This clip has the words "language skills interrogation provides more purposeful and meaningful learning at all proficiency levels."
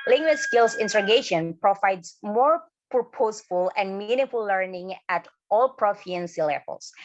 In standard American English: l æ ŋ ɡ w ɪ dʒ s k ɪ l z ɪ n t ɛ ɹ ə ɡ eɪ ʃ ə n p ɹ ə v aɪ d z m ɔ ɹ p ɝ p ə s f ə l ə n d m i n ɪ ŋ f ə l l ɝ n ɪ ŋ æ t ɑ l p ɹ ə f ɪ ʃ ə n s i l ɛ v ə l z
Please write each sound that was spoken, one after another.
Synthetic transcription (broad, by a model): l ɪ ŋ ɡ w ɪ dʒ s k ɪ l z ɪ n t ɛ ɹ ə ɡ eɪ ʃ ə n p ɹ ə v aɪ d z m ɔ ɹ p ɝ p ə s f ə l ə n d m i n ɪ f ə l l ɝ n ɪ ŋ æ t ɑ l p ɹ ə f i ə n s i l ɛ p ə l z